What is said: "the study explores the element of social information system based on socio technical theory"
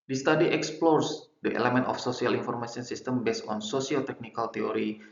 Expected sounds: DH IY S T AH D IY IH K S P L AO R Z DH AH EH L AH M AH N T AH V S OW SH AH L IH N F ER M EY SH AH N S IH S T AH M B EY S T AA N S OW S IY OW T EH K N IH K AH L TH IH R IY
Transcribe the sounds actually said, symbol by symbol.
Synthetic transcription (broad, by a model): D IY S T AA D IY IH K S P L AO R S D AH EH L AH M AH N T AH F S OW S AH L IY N F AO M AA S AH N S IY S T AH M B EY S AA N S OW S IY OW T EH K N IH K AH L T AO R IY